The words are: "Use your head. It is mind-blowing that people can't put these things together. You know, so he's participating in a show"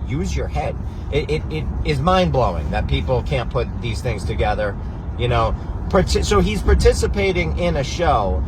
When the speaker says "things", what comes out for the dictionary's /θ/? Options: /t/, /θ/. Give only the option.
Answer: /θ/